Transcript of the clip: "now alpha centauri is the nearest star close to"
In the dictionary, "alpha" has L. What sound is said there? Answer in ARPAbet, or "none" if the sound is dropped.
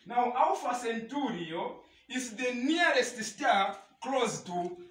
W